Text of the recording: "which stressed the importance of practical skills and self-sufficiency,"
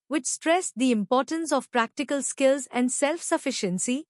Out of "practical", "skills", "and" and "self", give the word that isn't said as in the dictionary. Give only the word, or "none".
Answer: none